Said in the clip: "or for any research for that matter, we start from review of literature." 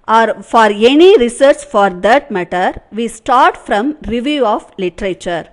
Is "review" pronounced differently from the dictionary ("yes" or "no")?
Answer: no